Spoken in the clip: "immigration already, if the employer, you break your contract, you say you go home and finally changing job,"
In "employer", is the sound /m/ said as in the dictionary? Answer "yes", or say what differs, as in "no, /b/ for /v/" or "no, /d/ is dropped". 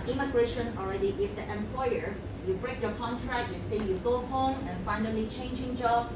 yes